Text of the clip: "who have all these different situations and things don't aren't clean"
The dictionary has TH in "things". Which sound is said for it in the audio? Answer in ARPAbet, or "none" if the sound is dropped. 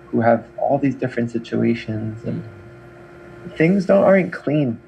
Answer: TH